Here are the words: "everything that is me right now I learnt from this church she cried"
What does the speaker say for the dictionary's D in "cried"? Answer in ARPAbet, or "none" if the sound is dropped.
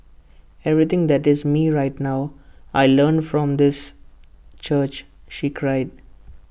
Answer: D